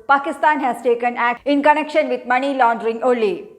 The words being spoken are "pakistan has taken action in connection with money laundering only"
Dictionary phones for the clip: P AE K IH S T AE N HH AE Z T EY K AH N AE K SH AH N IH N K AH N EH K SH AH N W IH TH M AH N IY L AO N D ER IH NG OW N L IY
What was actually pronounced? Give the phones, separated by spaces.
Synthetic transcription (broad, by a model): P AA K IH S T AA N HH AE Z T EY K AH N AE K AH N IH N K AH N EH K SH AH N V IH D M AH N IY L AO N D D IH NG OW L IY